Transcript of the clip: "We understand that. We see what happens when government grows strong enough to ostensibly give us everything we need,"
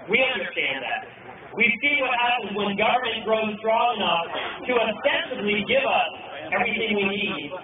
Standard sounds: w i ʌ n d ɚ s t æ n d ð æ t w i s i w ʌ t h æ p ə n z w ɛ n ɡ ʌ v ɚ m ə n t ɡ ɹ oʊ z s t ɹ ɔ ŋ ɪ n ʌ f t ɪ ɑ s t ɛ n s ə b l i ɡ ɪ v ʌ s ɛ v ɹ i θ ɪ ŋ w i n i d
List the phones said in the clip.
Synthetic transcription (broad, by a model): w i ʌ n d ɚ s t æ n ð æ t w i s i w ʌ t h æ p ə n z w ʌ n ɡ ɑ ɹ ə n ɡ ɹ oʊ z s t ɹ ɔ ŋ ɪ n ʌ f t ɪ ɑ s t ɛ n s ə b l i ɡ ɪ v ʌ s ɛ v ɹ i θ ɪ ŋ w i n i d